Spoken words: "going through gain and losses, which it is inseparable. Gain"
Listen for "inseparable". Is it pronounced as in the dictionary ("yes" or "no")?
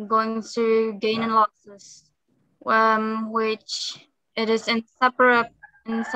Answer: no